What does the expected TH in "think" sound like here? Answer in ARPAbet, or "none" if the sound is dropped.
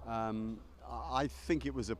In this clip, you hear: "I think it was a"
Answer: TH